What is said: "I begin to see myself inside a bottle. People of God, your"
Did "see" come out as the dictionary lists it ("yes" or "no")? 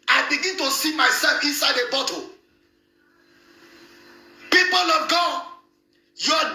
yes